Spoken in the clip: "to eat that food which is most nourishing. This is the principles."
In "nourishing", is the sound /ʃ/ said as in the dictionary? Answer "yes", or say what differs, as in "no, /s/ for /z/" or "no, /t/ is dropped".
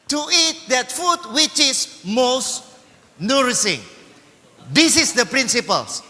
no, /s/ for /ʃ/